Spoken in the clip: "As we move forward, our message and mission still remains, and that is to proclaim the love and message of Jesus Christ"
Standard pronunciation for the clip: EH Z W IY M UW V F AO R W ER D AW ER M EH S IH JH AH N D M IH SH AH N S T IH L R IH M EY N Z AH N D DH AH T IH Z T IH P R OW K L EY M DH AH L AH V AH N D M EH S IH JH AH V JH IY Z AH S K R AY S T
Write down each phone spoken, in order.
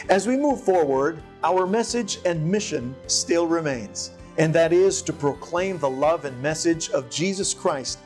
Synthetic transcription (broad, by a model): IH Z W IY M UW V F AO R W ER D AW ER M EH S IH JH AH N M IH SH AH N S T IH L R IH M EY N Z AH N DH AH T IH Z T IH P R OW K L EY M DH AH L AH V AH N M EH S IH JH AH V JH IY Z AH S K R AY S T